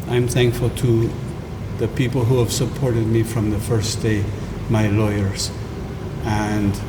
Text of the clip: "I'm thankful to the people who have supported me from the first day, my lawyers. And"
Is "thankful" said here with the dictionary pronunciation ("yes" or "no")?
yes